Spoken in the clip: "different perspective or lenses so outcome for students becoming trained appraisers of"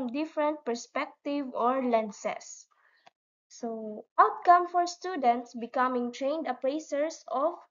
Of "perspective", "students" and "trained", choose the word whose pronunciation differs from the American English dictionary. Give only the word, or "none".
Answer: none